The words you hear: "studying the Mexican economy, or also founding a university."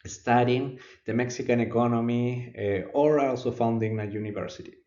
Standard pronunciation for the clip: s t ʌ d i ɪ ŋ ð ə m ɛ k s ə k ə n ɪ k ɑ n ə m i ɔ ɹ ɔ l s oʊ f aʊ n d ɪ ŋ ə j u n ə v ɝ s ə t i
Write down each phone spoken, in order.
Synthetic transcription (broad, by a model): s t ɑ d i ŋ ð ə m ɛ k s ə k ə n ɪ k ɑ n ə m i ɔ ɹ ɔ l s oʊ f aʊ n d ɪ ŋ ə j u n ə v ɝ s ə t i